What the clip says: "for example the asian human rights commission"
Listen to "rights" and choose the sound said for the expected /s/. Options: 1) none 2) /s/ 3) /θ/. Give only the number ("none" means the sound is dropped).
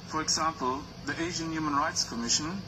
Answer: 2